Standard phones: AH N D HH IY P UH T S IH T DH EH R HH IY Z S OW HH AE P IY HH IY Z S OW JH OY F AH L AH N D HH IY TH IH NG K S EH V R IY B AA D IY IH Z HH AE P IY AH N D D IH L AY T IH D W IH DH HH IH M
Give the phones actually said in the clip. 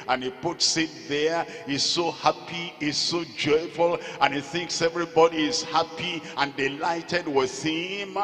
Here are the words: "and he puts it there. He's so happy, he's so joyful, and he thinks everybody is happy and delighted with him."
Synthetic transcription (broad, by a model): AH N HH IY P UH T S IH T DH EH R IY S OW HH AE P IY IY S OW JH OY F AH L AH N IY TH IH NG K S EH V R IY B AA D IY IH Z HH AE P IY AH N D D IH L AY T IH D W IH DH HH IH M